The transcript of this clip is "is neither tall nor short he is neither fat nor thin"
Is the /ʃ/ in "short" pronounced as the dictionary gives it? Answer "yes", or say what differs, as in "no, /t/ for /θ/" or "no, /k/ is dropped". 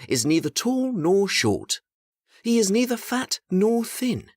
yes